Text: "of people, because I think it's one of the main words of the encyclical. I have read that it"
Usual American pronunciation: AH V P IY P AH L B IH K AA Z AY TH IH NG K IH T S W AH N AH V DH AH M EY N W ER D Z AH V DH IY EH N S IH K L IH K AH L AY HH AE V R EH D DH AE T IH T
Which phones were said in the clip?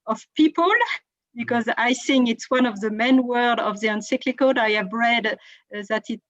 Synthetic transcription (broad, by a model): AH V P IY P AH L B IH K AA Z AY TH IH NG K IH T S W AH N AH V DH AH M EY N W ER D AH V DH IY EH N S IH K L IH K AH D AY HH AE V R EH D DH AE T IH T